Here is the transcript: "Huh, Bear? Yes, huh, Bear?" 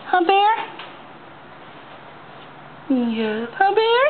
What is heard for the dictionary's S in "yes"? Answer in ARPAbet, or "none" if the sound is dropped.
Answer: none